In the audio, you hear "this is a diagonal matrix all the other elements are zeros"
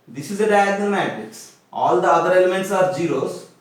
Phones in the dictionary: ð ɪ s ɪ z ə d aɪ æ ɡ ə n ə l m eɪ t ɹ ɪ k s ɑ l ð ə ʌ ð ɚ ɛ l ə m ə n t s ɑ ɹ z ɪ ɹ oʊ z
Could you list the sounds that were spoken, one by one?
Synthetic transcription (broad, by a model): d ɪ s ɪ z ə d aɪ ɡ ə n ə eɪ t ɪ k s ɑ l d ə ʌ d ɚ ɛ l ə m ə n t s ɑ ɹ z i ɹ oʊ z